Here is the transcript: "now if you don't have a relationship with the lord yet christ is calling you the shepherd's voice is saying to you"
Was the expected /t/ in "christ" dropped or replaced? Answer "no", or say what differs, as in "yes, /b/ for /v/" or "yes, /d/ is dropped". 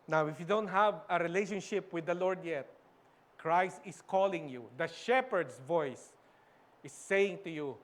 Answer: no